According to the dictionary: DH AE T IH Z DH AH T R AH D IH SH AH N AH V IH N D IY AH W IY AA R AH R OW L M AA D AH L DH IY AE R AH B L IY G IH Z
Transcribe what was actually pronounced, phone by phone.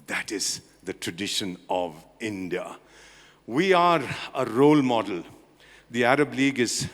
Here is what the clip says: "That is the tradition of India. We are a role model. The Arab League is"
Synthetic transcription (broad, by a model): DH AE T IH Z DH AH T R AH D IH SH AH N AH V IH N D IY AH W IY AA R AH R OW L M AA D AH L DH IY AE R AH B L IY G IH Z